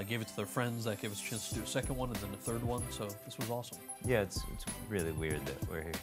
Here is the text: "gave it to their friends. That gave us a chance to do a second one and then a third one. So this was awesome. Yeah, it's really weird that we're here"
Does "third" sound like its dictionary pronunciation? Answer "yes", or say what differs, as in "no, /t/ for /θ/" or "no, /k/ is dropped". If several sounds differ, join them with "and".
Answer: yes